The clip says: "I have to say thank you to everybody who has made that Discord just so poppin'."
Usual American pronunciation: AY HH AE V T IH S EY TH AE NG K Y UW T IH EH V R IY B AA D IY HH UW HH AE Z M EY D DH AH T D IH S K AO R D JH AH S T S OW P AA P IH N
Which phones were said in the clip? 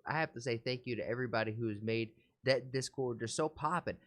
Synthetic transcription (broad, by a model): AY HH AE F T IH S EY TH AE NG K Y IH T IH EH V R IY B AA D IY HH UW Z M EY D DH AH T D IH S K AO R D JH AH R S OW P AA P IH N